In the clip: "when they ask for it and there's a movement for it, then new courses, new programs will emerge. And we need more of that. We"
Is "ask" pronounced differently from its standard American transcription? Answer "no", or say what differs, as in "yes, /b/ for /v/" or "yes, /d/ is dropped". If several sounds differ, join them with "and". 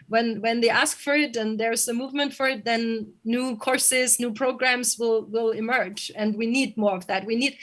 no